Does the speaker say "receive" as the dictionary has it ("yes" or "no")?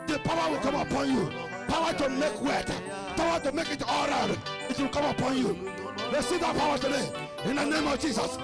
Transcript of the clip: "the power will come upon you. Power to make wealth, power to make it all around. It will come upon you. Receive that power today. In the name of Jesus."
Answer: no